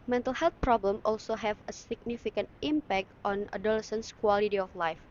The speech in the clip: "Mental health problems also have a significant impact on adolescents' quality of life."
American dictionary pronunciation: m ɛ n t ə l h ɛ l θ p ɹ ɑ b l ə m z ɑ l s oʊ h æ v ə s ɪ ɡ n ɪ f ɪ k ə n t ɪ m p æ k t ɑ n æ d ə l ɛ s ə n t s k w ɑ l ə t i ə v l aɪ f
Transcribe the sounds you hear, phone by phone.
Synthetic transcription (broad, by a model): m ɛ n t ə l h ɛ l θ p ɹ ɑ b l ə m ɑ l s oʊ h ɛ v ə s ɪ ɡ n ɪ f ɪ k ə n t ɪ m p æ k t ɑ n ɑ d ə l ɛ s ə n s k w ɑ l ə t i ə f l aɪ f